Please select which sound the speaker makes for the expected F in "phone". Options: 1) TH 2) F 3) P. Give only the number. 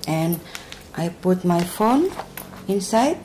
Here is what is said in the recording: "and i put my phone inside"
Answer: 2